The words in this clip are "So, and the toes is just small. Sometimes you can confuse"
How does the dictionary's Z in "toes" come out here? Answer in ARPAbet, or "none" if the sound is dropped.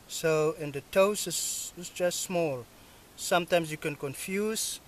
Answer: S